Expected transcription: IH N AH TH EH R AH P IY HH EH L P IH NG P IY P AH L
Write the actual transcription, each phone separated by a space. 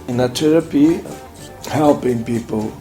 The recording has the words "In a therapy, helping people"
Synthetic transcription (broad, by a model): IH N AH T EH R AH P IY HH EH L P IH NG P IY P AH L